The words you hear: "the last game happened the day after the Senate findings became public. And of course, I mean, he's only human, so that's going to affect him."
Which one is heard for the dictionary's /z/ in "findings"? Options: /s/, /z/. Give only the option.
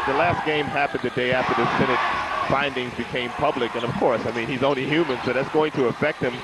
/z/